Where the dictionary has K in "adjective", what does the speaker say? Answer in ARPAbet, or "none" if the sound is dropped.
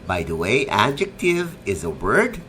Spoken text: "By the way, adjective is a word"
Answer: K